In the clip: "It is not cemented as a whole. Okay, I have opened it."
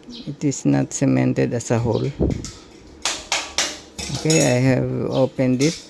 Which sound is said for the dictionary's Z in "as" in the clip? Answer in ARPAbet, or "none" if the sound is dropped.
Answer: S